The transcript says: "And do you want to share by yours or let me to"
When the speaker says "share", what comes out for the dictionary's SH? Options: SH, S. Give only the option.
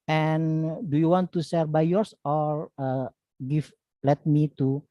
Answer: S